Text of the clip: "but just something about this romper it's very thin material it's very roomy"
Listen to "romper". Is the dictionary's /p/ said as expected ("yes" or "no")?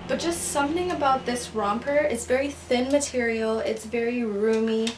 yes